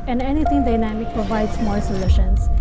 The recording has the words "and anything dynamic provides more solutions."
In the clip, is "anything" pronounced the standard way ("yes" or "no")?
no